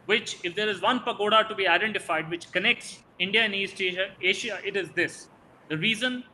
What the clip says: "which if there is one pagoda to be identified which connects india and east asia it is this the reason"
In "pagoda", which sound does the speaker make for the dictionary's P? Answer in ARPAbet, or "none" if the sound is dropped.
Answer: P